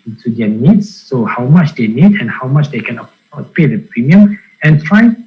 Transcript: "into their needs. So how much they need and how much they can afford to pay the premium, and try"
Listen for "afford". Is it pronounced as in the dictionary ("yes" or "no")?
no